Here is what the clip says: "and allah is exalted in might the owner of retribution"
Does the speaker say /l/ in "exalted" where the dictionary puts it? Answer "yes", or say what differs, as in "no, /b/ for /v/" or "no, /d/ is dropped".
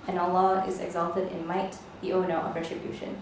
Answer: yes